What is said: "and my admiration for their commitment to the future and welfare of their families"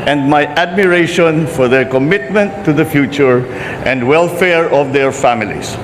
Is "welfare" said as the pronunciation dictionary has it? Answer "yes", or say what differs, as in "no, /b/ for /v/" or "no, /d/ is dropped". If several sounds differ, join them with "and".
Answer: yes